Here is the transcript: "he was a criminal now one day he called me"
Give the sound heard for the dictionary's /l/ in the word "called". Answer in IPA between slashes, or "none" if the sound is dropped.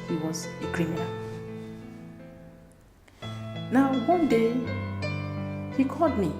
none